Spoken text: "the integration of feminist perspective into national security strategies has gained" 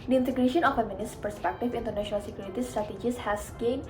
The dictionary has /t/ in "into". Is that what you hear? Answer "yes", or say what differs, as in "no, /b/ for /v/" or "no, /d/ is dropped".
yes